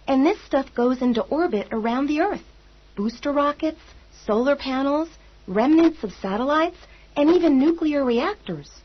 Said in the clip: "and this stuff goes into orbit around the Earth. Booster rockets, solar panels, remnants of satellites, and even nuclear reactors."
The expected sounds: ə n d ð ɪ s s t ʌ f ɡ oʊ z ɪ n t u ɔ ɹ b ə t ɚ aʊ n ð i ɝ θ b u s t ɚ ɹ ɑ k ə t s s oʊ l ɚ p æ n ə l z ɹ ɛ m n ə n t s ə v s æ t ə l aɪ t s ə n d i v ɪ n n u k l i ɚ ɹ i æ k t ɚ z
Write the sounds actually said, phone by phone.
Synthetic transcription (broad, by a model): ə n ð ɪ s s t ʌ f ɡ oʊ z ɪ n t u ɔ ɹ b ə t ɚ aʊ n ð i ɝ θ b u s t ɚ ɹ ɑ k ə t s s oʊ l ɚ p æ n l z ɹ ɛ m n ə n t s ə v s æ t ə l aɪ t s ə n i v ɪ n n u k l i ɚ ɹ i æ k t ɚ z